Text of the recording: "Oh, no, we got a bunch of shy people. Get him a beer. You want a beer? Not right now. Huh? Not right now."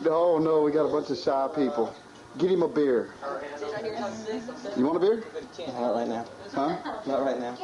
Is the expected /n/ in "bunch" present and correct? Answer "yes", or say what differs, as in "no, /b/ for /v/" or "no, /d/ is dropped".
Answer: yes